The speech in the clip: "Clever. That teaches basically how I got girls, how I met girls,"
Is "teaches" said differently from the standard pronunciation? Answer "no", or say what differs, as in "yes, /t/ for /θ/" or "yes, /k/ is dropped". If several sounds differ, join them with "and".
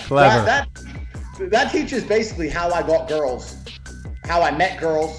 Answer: no